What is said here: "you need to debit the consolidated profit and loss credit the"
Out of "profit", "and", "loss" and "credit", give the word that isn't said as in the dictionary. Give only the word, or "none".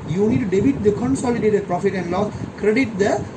loss